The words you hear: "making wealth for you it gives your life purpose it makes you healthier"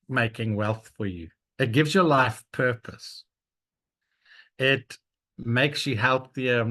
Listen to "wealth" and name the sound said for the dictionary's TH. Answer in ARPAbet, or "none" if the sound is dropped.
TH